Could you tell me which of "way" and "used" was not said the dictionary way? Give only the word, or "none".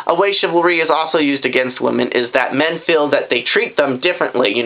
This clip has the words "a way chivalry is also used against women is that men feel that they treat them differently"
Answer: none